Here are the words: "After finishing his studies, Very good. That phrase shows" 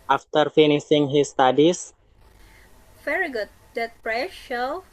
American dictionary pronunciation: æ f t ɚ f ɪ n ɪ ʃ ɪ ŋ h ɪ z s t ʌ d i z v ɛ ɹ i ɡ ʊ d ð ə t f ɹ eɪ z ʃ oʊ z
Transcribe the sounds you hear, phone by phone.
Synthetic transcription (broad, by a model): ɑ f t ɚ f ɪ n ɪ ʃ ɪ ŋ h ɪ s t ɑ d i s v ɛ ɹ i ɡ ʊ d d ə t p ɹ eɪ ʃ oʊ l